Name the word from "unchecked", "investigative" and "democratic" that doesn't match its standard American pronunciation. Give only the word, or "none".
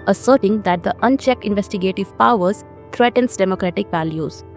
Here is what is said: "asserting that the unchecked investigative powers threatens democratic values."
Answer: none